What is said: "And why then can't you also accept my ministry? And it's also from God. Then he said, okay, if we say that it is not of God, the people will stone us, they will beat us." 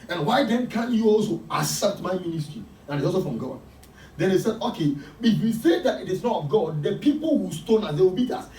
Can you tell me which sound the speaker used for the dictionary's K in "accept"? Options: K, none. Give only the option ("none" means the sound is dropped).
none